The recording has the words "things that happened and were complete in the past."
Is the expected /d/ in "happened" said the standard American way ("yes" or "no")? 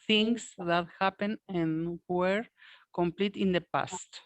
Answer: no